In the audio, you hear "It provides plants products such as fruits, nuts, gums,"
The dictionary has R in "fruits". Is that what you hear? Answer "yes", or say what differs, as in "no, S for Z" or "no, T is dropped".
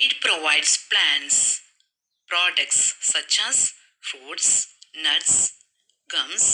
no, R is dropped